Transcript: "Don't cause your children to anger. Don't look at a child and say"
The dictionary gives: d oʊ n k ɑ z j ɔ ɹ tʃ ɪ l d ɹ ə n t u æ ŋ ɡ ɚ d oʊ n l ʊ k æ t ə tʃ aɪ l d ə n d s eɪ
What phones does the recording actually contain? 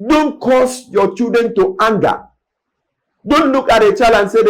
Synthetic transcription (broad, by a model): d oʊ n k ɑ s j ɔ tʃ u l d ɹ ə n t u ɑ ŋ ɡ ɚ d oʊ n l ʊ k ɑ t ə tʃ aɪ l ə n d s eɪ